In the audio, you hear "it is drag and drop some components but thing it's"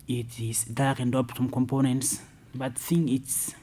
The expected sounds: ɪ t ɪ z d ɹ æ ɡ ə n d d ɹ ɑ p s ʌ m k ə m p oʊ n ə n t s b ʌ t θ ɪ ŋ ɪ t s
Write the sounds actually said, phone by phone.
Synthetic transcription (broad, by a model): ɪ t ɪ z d ɑ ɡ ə n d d ɑ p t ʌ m k ə m p oʊ n ə n t s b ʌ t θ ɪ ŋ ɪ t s